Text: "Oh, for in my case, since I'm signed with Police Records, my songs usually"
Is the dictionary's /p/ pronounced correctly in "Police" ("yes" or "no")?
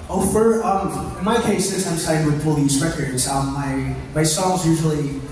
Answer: no